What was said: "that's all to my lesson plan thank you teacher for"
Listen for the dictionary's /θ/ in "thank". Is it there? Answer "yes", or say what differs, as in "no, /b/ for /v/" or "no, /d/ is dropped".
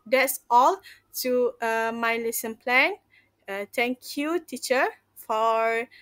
no, /t/ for /θ/